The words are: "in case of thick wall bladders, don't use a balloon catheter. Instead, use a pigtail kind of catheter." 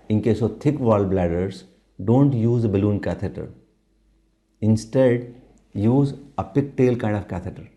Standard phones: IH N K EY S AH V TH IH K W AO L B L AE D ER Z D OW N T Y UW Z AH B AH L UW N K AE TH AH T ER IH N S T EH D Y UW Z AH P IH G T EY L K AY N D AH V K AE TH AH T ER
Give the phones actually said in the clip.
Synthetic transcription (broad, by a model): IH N K EY S AH V T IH K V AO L B L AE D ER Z D OW N T Y UW Z AH B AH L UW N K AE T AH T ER IH N S T EH D Y UW Z AH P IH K T EY L K AY N D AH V K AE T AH T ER